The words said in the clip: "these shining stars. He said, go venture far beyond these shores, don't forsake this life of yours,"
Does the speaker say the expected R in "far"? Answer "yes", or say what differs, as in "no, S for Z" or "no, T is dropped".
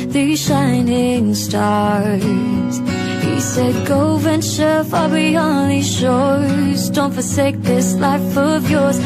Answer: no, L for R